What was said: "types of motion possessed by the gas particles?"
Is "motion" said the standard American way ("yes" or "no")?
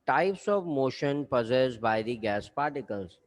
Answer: yes